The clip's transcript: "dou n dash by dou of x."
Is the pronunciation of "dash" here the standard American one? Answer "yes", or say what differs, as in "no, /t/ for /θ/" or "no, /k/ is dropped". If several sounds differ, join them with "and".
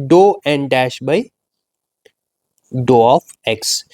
yes